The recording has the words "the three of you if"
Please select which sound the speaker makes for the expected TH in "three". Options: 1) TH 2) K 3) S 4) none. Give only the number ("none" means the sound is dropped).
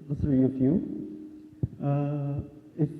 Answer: 3